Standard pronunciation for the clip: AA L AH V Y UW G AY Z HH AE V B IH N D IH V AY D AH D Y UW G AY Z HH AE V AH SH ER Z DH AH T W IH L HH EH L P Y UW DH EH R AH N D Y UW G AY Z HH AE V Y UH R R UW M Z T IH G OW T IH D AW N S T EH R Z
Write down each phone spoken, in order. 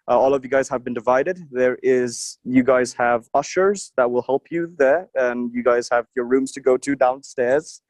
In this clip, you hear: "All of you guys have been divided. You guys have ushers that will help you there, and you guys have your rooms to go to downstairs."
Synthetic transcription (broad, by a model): AA L AH V Y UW G AY Z HH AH V B IH N D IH V AY D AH D Y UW G AY Z HH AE V AH SH ER Z DH AH T W IH L HH EH L P Y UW DH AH R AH N Y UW G AY Z HH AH V Y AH R R UW M Z T IH G OW T IH D AW N S T EH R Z